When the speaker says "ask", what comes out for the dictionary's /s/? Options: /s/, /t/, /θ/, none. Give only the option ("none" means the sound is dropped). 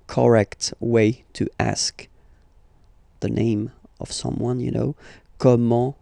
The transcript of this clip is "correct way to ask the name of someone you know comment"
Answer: /s/